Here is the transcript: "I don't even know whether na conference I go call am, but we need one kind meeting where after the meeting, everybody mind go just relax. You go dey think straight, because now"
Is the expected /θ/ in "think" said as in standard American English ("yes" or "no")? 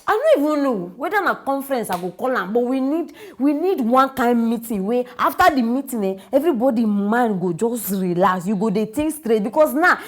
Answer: no